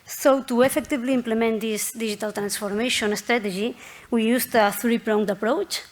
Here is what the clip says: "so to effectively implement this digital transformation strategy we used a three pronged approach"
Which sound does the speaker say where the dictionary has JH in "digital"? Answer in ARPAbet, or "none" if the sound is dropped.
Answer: ZH